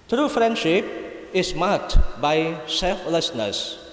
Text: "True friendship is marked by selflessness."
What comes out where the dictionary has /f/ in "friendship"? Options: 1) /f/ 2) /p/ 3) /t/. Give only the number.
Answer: 1